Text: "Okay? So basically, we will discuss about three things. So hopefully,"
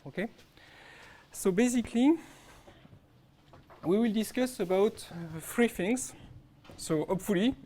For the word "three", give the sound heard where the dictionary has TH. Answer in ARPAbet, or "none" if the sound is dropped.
F